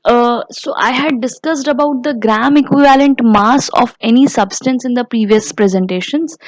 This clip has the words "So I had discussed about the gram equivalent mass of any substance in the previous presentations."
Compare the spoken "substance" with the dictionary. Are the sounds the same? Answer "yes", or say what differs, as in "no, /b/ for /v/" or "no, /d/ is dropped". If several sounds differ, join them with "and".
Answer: yes